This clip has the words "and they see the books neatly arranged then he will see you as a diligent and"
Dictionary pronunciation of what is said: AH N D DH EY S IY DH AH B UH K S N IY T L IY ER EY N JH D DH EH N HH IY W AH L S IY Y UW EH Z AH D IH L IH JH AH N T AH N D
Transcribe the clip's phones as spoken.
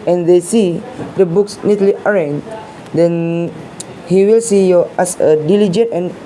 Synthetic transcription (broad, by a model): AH N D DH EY S IY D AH B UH K S N IY T L IY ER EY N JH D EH N HH IY W AH L S IY Y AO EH S AH D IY L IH JH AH N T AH N